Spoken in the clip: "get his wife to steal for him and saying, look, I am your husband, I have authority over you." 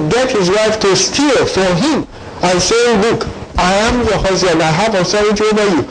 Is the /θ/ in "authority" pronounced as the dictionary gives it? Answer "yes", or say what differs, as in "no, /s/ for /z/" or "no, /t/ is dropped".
no, /s/ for /θ/